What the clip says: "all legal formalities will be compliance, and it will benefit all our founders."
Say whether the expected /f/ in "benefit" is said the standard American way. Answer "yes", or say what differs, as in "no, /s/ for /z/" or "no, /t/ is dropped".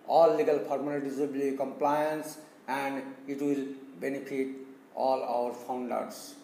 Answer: no, /p/ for /f/